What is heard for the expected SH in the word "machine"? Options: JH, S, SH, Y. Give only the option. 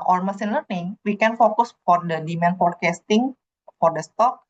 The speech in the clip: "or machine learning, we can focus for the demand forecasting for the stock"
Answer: S